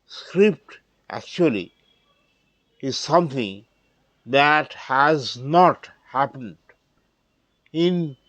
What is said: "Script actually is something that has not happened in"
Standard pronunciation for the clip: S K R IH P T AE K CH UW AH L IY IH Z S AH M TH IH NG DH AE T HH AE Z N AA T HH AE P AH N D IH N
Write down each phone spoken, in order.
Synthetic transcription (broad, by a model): S K R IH P T AE K CH UW AH L IY IH Z S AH M T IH NG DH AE T HH AE Z N AA T HH AE P AH N D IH N